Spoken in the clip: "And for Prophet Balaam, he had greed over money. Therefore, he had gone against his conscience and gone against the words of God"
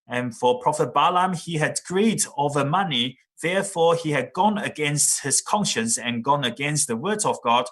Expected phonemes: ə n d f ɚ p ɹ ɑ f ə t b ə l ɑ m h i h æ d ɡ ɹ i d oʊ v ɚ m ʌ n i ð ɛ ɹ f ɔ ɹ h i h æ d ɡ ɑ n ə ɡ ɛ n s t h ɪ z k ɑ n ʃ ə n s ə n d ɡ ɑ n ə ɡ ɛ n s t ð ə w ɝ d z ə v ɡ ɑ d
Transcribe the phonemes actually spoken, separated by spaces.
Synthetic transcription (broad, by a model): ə n f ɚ p ɹ ɑ f ə t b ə l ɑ m i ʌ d ɡ ɹ i d oʊ v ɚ m ʌ n i ð ɛ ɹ f ɔ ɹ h i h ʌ d ɡ ɑ n ə ɡ ɛ n s t h ɪ z k ɑ n ʃ ə n s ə n ɡ ɑ n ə ɡ ɛ n s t ð ə w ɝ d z ə v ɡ ɑ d